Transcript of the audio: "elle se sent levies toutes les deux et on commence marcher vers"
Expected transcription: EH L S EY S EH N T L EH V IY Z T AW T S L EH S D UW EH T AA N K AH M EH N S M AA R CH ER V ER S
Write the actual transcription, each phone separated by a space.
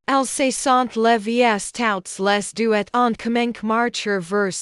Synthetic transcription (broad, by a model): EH L S EY S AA N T L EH V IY S T AW T S L EH S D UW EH T AA N K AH M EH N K M AA R CH ER V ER S